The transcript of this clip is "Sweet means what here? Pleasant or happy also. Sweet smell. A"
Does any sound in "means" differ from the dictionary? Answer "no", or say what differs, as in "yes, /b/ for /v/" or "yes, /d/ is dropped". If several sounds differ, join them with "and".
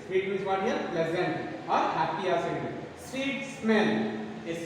yes, /n/ is dropped